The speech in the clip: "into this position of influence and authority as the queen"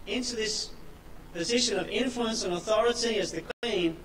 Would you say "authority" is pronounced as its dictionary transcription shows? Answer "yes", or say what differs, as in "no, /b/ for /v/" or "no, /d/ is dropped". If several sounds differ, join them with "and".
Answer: yes